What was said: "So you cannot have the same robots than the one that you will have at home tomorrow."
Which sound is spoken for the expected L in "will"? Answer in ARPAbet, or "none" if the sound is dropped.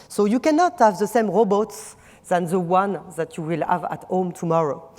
L